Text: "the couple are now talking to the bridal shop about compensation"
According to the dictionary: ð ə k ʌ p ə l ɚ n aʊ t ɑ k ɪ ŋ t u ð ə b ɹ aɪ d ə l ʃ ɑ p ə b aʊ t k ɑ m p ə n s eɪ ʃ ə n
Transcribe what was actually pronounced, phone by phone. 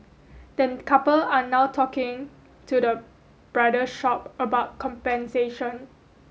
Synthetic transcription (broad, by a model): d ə k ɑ p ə l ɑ n aʊ t ɑ k ɪ ŋ t u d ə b ɹ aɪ d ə ʃ ɑ p ə b aʊ t k ɑ m p ə n s eɪ ʃ ə n